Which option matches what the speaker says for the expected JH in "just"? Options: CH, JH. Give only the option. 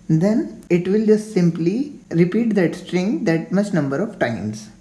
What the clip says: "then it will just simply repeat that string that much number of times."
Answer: JH